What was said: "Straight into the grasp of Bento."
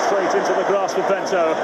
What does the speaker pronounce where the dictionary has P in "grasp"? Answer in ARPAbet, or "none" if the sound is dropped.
none